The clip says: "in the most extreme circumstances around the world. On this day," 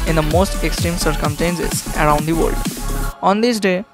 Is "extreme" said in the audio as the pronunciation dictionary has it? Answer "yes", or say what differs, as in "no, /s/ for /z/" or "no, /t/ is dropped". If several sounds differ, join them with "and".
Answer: yes